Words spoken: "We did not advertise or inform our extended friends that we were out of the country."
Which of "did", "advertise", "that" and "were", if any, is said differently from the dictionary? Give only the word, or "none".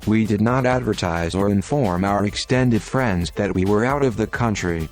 none